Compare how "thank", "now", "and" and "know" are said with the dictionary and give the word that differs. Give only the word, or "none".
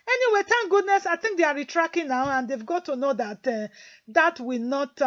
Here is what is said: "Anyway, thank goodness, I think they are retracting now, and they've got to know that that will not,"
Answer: thank